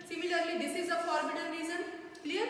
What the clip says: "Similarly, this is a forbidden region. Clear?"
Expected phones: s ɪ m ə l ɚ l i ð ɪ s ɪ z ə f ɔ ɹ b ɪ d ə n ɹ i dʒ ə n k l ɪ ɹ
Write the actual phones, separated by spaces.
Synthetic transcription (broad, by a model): s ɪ m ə l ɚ l i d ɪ s ɪ z ə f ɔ ɹ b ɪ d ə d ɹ i z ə n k l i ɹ